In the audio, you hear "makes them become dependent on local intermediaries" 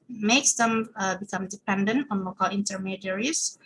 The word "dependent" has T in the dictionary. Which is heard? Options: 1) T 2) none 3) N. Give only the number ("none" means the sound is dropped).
1